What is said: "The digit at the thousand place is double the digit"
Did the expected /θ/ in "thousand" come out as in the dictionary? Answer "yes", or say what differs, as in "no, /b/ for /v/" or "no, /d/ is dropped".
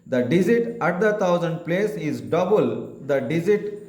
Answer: no, /t/ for /θ/